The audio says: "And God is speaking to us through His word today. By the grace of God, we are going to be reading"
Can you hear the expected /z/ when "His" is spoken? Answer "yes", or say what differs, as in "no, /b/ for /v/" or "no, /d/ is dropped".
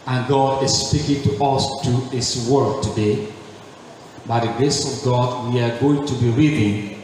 no, /s/ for /z/